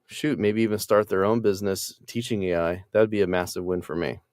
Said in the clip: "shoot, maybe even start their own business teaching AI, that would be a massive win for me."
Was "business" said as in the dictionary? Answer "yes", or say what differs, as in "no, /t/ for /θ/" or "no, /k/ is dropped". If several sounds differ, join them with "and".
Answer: yes